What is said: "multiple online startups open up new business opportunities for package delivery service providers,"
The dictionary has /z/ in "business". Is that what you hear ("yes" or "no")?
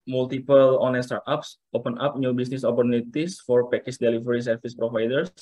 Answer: no